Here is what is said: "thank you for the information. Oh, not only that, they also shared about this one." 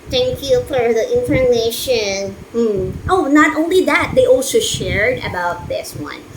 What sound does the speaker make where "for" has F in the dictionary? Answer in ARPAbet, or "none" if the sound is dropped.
F